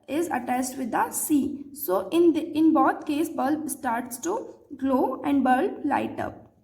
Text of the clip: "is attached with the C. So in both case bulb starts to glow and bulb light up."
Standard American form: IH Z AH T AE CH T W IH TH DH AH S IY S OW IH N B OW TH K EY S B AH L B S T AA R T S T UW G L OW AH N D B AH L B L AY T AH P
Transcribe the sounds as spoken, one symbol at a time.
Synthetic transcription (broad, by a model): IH Z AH T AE S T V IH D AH S IY S OW IH N B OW T K EY S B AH L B S T AA R T S T UW G L OW AH N D B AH L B L AY T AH P